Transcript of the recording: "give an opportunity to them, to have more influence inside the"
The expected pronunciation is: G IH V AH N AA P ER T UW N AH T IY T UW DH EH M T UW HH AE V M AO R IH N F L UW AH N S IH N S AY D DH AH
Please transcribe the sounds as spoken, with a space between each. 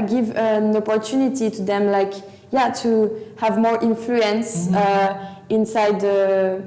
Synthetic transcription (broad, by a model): G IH V AH N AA P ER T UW N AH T IY T UW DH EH M T UW HH AE V M AO R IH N F L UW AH N S IH N S AY D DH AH